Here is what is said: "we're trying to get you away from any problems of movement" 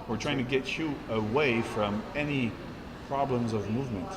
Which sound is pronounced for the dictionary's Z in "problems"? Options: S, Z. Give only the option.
Z